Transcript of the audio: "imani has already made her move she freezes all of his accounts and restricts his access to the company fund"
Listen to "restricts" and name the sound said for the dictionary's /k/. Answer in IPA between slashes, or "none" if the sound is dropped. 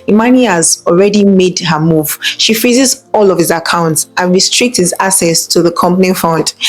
/k/